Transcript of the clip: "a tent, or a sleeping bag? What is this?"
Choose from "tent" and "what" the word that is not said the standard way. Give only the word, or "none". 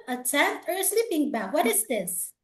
tent